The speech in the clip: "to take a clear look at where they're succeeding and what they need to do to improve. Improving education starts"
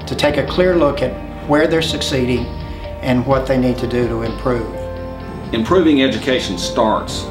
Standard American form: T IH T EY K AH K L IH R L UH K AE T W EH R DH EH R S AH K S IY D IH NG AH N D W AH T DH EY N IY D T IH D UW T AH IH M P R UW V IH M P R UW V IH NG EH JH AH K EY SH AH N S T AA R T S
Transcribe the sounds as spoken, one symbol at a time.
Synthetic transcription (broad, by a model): T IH T EY K AH K L IH R L UH K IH T W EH R DH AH R S AH K S IY D IH NG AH N W AH T DH EY N IY D T IH D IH T AH IH M P R UW V IH M P R UW V IH NG EH JH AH K EY SH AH N S T AA R T S